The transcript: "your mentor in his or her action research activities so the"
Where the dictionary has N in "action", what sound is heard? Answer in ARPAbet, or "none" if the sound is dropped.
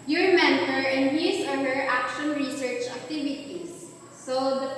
N